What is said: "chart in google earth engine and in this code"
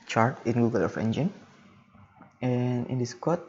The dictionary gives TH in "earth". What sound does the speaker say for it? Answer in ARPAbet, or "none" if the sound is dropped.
F